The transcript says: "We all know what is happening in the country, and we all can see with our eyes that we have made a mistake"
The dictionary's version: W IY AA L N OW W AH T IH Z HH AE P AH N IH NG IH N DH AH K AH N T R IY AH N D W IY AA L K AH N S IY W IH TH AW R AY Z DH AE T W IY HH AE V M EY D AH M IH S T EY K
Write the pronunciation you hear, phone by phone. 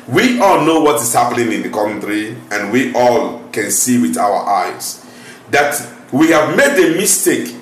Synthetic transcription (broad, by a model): W IY AA L N OW W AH T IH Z HH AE P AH N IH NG IH N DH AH K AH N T R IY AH N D W IY AA L K AH N S IY W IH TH AW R AY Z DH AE T W IY HH AE V M EY D AH M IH S T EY K